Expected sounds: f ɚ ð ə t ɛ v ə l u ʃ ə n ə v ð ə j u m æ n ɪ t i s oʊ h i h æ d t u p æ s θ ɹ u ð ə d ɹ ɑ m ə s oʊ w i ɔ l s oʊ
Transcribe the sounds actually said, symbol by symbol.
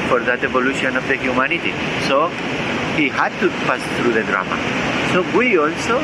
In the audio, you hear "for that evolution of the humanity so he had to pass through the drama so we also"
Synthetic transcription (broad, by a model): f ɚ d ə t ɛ b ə l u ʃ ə n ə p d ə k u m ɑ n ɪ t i s oʊ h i h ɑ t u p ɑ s s ɹ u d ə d ɹ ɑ m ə s oʊ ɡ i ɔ l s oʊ